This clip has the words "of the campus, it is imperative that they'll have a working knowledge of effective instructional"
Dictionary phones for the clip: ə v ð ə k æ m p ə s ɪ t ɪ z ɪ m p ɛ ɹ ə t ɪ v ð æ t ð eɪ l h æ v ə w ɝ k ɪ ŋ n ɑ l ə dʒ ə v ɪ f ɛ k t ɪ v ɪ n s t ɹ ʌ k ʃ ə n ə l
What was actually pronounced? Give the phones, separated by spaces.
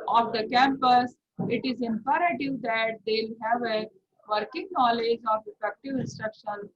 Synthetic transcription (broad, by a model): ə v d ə k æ m p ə s ɪ t ɪ z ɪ m p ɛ ɹ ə t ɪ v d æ t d eɪ l h æ v ə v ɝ k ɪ ŋ n ɑ l ə dʒ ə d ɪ p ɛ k t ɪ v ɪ n s t ɹ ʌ k ʃ ə n